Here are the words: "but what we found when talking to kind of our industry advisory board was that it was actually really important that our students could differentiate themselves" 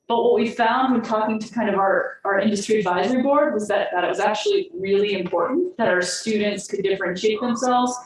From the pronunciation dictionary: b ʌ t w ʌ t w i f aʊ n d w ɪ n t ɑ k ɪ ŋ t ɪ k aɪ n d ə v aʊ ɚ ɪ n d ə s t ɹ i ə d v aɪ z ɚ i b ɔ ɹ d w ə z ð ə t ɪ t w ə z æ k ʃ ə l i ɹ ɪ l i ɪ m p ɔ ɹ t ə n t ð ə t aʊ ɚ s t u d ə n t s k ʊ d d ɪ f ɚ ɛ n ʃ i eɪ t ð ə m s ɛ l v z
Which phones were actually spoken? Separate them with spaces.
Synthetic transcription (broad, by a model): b ʌ t w ʌ t w i f aʊ n d w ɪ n t ɑ k ɪ ŋ t ɪ k aɪ n d ə v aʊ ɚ ɪ n d ə s t ɹ i ə d v aɪ z ɚ i b ɔ ɹ d w ə z ð ə t ɪ t w ə z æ k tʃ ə l i ɹ ɪ l i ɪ m p ɔ ɹ t n ð ə t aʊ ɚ s t u d n t s k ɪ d d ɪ f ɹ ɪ n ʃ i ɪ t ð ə m s ɛ l v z